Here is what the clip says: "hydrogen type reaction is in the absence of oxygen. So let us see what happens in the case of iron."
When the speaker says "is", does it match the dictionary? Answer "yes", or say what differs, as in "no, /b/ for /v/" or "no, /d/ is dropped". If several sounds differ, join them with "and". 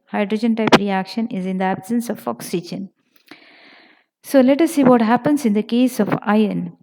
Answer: yes